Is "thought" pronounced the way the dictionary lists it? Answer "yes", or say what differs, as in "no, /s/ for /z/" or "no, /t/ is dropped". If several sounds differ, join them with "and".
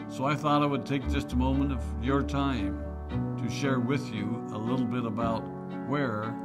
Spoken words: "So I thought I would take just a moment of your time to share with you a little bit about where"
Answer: yes